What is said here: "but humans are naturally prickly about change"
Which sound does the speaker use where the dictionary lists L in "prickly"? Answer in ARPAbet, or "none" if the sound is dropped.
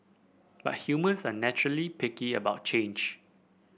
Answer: none